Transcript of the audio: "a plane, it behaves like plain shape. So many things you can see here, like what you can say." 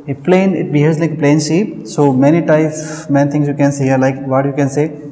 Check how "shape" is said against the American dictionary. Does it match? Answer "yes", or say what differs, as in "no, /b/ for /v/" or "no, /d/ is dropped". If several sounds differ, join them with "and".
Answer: no, /s/ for /ʃ/